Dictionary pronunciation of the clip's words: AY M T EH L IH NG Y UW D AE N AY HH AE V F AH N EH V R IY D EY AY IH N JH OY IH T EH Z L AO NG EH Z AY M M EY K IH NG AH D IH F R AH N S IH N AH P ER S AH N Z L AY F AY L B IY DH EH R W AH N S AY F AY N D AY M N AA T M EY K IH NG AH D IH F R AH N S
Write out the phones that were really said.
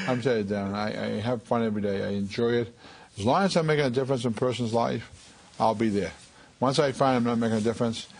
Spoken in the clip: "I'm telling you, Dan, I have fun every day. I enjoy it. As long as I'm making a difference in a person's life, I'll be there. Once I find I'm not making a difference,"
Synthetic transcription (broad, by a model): AY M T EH IH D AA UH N AY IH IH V F AH N EH V R IY D EY AY IH N JH OY IH T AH Z L AO NG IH Z AY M M EY K IH NG AH D IH F R AH N S IH N P ER S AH N Z L AY F AY L B IY DH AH R W AH N S AY F AY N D AY M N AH T M EY K IH NG AH D IH F R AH N S